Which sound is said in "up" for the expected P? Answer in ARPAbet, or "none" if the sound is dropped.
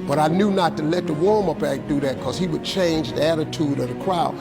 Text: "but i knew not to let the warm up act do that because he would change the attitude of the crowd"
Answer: B